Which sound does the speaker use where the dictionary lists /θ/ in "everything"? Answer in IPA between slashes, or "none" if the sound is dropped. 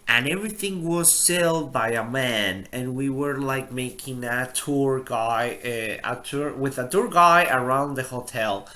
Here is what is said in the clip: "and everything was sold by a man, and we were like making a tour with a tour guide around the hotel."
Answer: /θ/